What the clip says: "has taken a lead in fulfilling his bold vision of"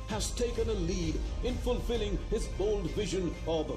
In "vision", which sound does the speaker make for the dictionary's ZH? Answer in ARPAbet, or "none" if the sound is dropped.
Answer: ZH